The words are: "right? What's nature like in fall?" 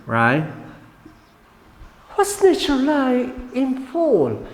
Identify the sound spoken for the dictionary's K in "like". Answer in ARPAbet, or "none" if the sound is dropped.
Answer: none